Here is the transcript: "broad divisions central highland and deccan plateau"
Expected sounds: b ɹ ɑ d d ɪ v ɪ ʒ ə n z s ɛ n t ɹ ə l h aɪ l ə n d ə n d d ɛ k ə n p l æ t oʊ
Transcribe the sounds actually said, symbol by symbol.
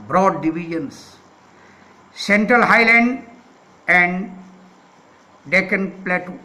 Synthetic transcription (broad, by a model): b ɹ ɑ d d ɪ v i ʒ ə n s s ɛ n t ɹ ə l h aɪ l ə n d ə n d d ɛ k ə n p l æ t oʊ